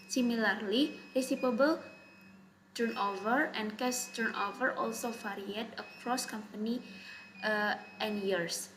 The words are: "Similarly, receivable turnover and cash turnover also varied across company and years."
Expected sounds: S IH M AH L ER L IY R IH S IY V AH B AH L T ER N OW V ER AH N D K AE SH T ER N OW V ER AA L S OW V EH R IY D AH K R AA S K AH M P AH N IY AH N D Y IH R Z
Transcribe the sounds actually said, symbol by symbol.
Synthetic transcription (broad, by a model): S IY M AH L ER L IY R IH S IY P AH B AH L T ER N OW V ER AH N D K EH S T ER N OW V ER AA L S OW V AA R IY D AH K R AA S K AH M P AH N IY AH N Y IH R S